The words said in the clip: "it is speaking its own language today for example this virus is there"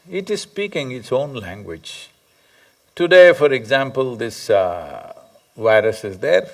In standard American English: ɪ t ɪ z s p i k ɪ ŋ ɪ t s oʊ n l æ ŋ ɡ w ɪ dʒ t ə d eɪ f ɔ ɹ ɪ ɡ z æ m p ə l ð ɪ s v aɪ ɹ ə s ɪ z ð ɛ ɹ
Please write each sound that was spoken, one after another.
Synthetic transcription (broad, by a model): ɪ t ɪ z s p i k ɪ ŋ ɪ t s oʊ n l æ ŋ ɡ w ɪ dʒ t ə d eɪ f ɔ ɹ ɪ ɡ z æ m p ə l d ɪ s v aɪ ɹ ə s ɪ z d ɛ ɹ